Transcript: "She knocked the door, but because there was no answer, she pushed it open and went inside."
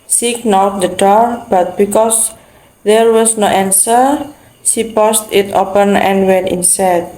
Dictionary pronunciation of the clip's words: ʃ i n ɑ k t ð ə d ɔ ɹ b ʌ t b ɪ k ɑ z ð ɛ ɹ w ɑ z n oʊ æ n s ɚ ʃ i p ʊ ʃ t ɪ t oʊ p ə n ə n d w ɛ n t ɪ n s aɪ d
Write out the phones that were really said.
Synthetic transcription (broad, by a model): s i n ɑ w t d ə d ɔ ɹ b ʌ t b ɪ k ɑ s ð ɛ ɹ w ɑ s n oʊ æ n s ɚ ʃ i p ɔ s t ɪ t oʊ p ə n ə n w ɛ n t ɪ n s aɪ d